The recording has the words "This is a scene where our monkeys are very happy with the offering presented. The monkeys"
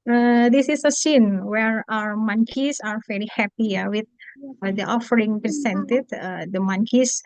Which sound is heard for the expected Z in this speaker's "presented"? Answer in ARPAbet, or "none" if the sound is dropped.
S